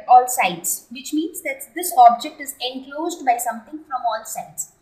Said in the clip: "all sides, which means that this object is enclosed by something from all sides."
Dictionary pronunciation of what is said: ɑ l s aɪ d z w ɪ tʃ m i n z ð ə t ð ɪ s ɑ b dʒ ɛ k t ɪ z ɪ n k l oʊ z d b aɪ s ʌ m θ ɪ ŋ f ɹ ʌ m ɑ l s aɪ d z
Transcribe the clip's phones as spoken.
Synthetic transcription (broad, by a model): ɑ l s aɪ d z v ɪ tʃ m i n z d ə t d ɪ s ɑ b dʒ ɛ k t ɪ z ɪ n k l oʊ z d b aɪ s ʌ m t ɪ ŋ f ɹ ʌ m ɑ l s aɪ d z